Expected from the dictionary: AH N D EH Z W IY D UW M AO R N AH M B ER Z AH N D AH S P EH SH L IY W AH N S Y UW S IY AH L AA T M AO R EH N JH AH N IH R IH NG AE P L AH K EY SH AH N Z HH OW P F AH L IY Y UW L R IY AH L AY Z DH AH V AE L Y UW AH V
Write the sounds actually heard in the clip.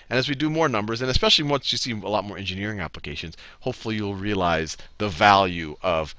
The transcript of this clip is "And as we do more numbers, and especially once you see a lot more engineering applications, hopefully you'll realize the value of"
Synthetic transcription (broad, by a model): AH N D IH Z W IY D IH M AO R N AH M B ER Z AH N AH S P EH SH L IY W AH N S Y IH S IY AH L AA T M AO R EH N JH AH N IH R IH NG AE P L AH K EY SH AH N Z HH OW P F L IY Y UW L R IY AH L AY Z DH AH V AE L Y UW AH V